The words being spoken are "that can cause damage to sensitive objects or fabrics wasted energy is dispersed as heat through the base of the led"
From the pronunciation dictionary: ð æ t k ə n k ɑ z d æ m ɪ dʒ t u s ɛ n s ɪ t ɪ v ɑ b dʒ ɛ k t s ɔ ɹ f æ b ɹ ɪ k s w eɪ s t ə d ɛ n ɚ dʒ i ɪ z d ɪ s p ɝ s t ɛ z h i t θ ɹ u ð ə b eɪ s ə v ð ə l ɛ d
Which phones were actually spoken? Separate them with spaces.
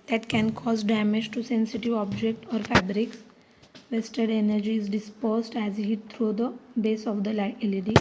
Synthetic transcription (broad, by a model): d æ t k ə n k ɑ z d æ m ɪ dʒ t u s ɛ n s ɪ t ɪ v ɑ b dʒ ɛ k t ɔ ɹ f æ b ɹ ɪ k s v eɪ s t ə d ɛ n ɚ dʒ i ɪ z d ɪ s p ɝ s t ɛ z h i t t ɹ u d ə b eɪ s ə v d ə l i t